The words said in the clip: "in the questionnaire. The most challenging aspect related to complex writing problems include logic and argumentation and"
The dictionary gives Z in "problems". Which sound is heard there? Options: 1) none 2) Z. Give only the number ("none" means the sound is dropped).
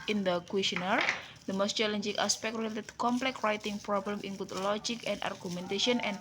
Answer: 1